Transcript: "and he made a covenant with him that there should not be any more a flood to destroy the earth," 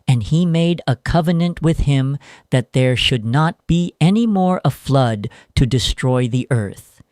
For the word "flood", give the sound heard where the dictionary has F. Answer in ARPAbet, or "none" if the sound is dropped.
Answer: F